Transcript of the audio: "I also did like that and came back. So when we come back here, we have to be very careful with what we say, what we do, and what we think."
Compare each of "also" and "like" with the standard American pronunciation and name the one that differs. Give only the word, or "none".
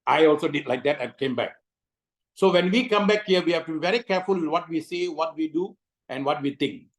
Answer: none